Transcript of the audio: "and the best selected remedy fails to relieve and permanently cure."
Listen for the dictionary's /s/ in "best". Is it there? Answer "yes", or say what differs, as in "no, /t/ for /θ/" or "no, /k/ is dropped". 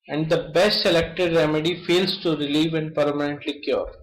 yes